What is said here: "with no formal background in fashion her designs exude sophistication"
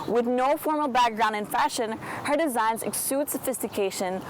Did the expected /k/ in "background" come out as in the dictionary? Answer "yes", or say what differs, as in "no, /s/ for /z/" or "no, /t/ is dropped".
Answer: yes